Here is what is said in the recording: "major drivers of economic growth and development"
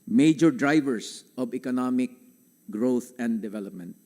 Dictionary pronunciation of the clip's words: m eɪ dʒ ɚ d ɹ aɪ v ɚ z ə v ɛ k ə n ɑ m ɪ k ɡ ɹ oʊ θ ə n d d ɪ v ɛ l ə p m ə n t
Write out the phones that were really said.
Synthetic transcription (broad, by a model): m eɪ dʒ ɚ d ɹ aɪ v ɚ s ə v ɛ k ə n ɑ m ɪ k ɡ ɹ oʊ t ə n d d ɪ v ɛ l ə p m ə n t